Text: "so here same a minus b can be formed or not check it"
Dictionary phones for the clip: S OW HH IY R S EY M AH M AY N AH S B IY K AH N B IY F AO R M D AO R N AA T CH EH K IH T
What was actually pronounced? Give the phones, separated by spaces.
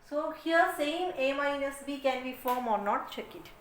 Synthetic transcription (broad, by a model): S OW HH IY R S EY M AH M AY N AH S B IY K AH N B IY F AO R M AO R N AA T CH EH K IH T